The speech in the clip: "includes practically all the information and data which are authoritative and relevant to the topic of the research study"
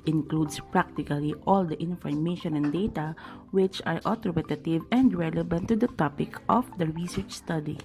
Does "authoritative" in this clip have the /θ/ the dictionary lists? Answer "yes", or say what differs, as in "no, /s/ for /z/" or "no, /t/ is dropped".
no, /t/ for /θ/